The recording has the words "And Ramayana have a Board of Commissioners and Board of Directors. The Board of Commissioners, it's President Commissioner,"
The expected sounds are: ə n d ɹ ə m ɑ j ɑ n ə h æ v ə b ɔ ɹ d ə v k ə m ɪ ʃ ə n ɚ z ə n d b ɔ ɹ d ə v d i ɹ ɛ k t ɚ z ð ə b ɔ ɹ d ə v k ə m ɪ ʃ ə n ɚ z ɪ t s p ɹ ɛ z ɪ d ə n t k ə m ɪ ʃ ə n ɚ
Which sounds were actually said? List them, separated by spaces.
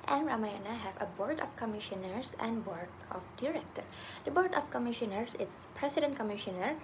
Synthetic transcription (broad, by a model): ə n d ɹ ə m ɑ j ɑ n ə h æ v ə b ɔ ɹ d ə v k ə m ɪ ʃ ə n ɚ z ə n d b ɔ ɹ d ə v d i ɹ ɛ k t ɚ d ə b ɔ ɹ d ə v k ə m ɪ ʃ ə n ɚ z ɪ t s p ɹ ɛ s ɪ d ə n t k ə m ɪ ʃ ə n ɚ